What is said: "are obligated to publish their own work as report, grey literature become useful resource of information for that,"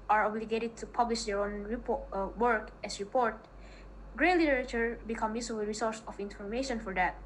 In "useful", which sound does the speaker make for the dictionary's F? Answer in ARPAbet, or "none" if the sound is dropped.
none